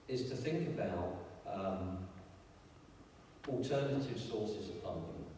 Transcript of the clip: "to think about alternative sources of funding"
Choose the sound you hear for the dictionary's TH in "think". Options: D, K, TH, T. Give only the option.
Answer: TH